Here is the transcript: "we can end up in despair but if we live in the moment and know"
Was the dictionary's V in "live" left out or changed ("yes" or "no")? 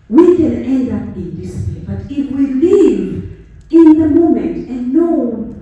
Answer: no